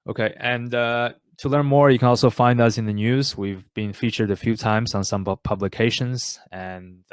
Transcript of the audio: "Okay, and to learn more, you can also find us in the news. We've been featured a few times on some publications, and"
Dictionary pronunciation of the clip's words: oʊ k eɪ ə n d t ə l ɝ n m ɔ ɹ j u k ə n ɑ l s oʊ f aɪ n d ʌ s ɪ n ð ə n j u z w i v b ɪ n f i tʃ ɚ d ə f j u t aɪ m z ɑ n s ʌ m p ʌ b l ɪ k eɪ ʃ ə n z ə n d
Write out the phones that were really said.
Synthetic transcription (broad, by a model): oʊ k eɪ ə n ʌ t ə l ɝ n m ɔ ɹ j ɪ k ə n ɑ l s oʊ f aɪ n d ʌ s ɪ n ð ə n j u z w i v b ɪ n f i tʃ ɚ d ə f j u t aɪ m z n s ʌ m p ʌ b l ɪ k eɪ ʃ ə n z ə n